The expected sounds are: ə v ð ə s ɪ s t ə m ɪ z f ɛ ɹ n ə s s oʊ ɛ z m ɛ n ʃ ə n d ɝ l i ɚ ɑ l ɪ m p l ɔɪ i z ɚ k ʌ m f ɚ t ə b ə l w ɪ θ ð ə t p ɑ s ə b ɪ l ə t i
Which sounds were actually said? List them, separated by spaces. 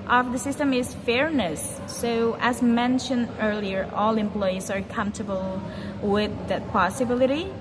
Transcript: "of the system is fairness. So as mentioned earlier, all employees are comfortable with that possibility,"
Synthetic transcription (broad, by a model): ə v ð ə s ɪ s t ə m ɪ z f ɛ ɹ n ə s s oʊ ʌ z m ɛ n ʃ ə n d ɝ l i ɚ ɑ l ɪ m p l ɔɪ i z ɚ k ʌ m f t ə b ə l w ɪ ð ə t p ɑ s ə b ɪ l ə t i